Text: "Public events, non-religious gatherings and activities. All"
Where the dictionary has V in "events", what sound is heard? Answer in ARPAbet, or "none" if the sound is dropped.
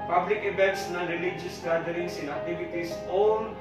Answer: B